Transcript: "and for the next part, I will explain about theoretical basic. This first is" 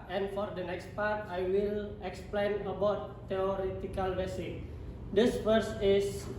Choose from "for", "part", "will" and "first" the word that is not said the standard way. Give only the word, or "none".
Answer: first